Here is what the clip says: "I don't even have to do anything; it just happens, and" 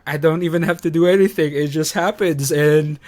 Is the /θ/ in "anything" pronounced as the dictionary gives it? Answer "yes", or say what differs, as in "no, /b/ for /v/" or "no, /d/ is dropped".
yes